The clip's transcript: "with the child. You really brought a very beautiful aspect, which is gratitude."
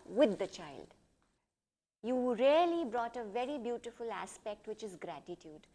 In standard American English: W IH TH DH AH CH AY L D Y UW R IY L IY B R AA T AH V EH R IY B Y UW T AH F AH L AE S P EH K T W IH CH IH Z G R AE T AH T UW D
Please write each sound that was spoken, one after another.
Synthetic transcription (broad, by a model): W IH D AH CH AY L D Y UW R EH L IY B R AA T AH V EH R IY B Y UW T AH F AH L AE S P EH K T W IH CH IH Z G R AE T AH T UW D